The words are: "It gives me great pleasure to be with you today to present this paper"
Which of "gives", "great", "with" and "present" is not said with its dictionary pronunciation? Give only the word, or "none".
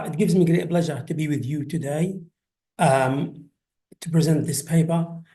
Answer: none